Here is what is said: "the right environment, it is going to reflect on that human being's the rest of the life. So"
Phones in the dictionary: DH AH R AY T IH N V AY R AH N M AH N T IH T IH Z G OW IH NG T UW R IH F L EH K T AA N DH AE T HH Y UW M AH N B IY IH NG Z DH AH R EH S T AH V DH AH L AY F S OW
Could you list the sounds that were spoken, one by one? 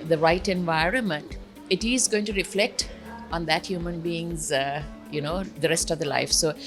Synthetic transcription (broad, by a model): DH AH R AY T IH N V AY R AH N M AH N T IH T IH Z G OW IH NG T UW R IH F L EH K T AA N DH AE T HH Y UW M AH N B IY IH NG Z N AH R EH S T AH V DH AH L AY F S OW